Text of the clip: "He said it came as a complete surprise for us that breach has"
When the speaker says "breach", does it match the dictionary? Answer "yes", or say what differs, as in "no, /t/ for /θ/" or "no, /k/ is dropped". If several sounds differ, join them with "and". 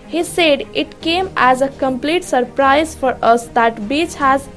no, /ɹ/ is dropped